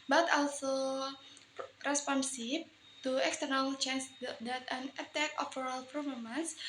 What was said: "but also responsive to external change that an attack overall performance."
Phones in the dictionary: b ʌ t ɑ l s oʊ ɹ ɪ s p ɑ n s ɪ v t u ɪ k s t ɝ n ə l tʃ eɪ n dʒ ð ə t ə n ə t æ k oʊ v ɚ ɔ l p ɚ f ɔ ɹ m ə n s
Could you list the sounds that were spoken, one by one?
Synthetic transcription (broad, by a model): b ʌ t ɑ l s oʊ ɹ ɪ s p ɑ n s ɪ b t u ɪ k s t ɝ n ə l tʃ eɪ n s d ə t ə n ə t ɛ k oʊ f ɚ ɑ l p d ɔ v m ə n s